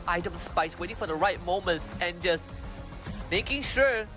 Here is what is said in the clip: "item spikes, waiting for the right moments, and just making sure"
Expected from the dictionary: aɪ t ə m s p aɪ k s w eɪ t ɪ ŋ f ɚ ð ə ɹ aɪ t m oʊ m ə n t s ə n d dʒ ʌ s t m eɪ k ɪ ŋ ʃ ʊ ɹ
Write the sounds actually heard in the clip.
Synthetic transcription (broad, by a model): aɪ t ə m s p aɪ s w eɪ t ɪ ŋ f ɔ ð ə ɹ aɪ t m oʊ m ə n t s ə n dʒ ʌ s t m eɪ k ɪ ŋ ʃ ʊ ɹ